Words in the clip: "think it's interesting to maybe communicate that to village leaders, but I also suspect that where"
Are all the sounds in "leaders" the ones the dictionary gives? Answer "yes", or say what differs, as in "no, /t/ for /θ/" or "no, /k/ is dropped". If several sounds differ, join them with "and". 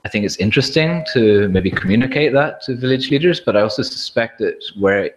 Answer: yes